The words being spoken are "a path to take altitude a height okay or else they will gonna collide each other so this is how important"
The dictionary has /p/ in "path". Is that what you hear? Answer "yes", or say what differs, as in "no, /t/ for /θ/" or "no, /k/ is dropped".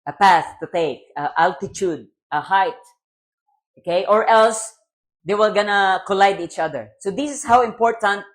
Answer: yes